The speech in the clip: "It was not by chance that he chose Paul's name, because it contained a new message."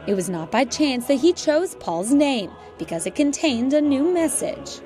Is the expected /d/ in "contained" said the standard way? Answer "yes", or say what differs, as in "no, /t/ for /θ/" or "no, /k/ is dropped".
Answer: yes